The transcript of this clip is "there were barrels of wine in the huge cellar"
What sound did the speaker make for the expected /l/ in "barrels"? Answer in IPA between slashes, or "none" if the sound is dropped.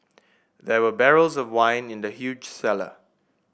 /l/